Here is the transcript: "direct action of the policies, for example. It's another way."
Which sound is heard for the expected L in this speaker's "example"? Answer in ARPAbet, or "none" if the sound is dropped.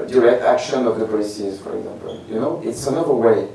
N